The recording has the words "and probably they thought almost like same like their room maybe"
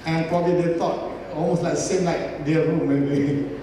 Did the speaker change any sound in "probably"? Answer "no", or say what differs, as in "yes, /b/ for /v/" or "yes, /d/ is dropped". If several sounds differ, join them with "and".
yes, /l/ is dropped